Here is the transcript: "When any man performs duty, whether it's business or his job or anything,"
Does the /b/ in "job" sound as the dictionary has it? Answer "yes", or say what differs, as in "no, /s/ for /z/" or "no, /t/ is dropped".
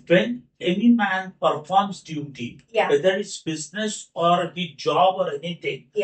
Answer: yes